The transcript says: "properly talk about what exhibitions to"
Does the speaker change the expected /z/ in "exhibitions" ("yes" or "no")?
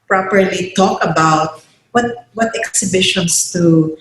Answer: yes